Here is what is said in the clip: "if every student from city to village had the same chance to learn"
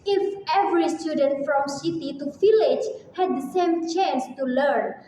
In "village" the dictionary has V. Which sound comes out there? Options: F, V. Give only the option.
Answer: F